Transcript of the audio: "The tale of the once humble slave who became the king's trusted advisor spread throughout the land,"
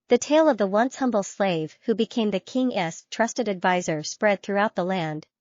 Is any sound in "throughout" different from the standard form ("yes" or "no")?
no